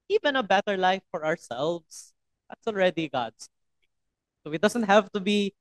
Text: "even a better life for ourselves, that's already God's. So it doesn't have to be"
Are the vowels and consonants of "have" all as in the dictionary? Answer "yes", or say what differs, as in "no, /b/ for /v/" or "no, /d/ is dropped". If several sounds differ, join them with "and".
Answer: yes